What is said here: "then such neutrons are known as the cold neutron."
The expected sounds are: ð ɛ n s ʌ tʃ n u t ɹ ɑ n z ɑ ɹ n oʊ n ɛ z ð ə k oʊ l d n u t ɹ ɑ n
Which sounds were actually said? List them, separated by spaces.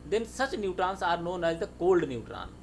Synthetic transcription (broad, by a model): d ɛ n s ʌ tʃ n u t ɹ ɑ n s ɑ ɹ n oʊ n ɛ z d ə k oʊ l d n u t ɹ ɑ n